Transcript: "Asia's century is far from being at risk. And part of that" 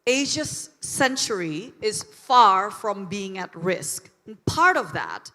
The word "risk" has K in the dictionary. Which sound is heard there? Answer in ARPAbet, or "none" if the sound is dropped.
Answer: K